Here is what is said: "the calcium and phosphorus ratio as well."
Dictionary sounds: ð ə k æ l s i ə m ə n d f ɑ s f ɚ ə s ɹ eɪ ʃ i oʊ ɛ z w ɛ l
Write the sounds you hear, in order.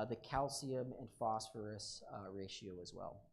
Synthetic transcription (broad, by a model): ð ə k æ l s i ə m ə n f ɑ s f ɚ ə s ɹ eɪ ʃ i oʊ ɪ z w ɛ l